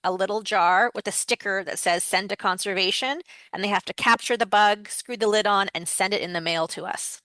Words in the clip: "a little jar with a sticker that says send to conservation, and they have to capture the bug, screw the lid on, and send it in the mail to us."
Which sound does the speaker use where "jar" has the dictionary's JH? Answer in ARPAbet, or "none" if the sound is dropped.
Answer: JH